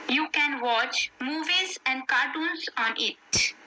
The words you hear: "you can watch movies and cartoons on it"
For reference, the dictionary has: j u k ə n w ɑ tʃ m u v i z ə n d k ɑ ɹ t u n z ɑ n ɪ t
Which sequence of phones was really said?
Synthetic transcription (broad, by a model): j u k ə n w ɑ tʃ m u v i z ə n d k ɑ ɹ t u n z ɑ n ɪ t